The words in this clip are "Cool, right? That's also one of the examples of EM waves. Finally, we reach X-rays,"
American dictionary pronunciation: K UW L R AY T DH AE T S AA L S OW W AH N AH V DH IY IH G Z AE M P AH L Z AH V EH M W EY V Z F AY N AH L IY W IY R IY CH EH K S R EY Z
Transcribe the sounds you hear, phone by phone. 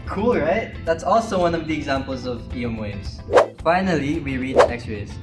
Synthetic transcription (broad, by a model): K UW L R AY T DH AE T S AA L S OW W AH N AH V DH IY IH G Z AE M P AH L Z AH V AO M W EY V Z F AY N AH L IY W IY R IY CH EH K S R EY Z